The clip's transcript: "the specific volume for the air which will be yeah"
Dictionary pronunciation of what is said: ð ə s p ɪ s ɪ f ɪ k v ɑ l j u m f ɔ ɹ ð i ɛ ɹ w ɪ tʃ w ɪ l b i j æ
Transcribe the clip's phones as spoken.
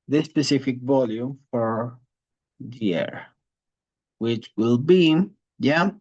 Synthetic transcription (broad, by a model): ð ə s p ɪ s ɪ f ɪ k v ɑ l j u m f ɔ ɹ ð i ɛ ɹ w ɪ tʃ w ɪ l b i j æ